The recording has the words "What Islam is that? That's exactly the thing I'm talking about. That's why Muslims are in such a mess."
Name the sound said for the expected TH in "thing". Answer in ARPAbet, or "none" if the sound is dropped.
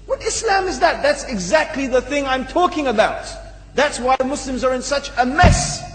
TH